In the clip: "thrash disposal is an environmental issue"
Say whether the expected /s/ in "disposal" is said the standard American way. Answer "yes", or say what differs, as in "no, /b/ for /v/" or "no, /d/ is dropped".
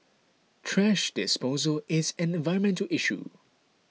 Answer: yes